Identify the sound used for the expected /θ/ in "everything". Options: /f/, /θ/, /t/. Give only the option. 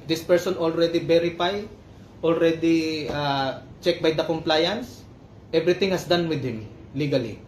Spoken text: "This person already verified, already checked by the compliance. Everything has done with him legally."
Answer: /t/